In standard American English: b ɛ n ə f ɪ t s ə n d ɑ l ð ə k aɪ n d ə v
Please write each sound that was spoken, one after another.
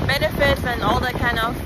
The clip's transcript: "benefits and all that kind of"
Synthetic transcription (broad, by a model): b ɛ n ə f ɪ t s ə n ɑ l ð ə k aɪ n ə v